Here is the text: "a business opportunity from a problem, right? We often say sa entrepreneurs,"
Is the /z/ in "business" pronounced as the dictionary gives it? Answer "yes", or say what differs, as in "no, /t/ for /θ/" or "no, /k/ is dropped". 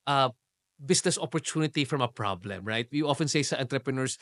no, /s/ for /z/